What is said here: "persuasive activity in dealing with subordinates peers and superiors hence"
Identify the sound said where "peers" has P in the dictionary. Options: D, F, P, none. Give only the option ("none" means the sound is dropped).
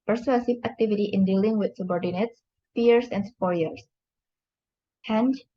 F